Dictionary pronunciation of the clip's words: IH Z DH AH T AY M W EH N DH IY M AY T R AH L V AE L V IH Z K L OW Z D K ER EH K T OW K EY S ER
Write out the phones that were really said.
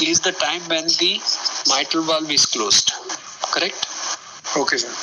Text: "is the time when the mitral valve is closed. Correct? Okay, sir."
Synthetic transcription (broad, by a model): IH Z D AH T AY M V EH N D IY M AY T AH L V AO L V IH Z K L OW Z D K ER EH K T OW K EY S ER